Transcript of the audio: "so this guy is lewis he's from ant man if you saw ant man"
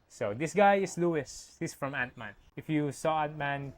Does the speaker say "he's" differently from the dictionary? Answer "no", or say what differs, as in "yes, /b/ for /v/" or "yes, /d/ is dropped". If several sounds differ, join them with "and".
yes, /s/ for /z/